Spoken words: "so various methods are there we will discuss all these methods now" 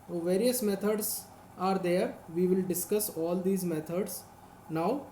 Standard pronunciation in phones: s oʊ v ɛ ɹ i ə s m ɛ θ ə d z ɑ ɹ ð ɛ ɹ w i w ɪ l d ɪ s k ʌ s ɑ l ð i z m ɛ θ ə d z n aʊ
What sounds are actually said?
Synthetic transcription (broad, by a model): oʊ v ɛ ɹ i ə s m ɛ t ə d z ɑ ɹ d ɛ ɹ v i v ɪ l d ɪ s k ʌ s ɑ l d i z m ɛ t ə d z n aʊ